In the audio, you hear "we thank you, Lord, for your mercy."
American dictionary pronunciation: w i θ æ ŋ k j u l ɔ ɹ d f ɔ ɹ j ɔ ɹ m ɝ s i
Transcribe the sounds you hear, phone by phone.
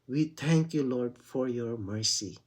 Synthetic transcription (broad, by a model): w i t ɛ ŋ k j u l ɔ ɹ d f ɔ ɹ j ɔ ɹ m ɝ s i